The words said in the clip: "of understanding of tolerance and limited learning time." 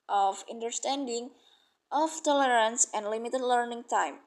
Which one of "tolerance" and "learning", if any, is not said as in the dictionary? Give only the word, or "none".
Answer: none